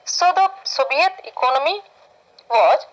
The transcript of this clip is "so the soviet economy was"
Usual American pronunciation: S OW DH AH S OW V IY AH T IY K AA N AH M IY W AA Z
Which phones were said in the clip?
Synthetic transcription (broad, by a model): S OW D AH S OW B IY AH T IY K AA N AH M IY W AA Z